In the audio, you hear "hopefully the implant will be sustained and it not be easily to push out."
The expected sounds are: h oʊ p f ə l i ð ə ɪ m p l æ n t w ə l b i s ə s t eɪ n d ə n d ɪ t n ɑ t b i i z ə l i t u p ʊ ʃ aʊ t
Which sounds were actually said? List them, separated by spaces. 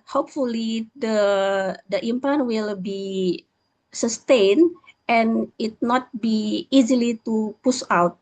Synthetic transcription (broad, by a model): h oʊ p f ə l i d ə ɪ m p ɑ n w ə l b i s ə s t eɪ n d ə n ɪ t n ɑ t b i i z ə l i t u p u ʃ aʊ t